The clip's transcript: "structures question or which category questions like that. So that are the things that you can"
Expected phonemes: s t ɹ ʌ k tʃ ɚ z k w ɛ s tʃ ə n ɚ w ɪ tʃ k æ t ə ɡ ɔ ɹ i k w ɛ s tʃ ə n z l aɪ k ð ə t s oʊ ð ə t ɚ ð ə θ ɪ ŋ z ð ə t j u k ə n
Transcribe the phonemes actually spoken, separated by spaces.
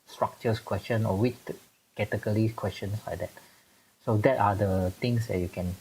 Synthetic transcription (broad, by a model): s t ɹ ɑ k tʃ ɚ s k w ɛ s tʃ ə n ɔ w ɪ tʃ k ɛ t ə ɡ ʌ l i k w ɛ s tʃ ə n s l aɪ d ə t s oʊ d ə t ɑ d ə t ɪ ŋ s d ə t j u k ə n